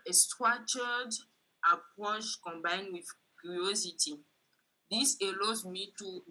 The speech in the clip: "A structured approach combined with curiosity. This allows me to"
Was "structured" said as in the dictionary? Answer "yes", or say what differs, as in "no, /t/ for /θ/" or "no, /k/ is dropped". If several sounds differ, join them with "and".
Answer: no, /k/ is dropped